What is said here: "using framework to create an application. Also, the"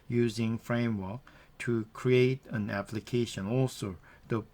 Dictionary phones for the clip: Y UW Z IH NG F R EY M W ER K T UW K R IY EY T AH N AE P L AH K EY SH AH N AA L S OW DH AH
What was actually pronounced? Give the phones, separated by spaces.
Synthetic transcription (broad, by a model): Y UW Z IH NG F R EY M W ER K T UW K R IY EY T AH N AE P L AH K EY SH AH N AA L S OW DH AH